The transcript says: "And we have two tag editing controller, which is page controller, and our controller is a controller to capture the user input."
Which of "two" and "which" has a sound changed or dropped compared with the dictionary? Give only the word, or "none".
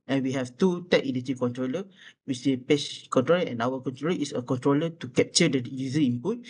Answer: which